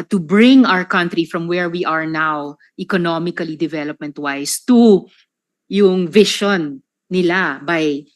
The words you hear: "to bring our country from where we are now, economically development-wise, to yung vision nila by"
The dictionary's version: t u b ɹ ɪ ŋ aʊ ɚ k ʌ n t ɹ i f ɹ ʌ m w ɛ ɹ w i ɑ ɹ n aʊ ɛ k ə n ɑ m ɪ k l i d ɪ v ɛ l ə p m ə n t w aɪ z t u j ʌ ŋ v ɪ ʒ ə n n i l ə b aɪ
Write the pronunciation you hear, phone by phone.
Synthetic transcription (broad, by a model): t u b ɹ ɪ ŋ aʊ ɚ k ʌ n t ɹ i f ɹ ʌ m w ɛ ɹ w i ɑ ɹ n aʊ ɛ k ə n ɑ m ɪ k l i d ɪ v ɛ l ə p m ə n t w aɪ s t u j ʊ ŋ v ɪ ʃ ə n n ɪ l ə b aɪ